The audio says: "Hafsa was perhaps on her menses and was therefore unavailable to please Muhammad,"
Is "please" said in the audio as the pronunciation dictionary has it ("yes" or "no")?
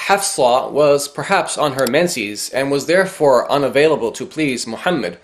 yes